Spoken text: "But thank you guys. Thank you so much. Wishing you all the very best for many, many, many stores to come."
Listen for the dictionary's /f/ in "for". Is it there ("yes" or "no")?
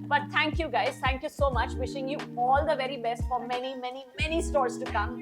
yes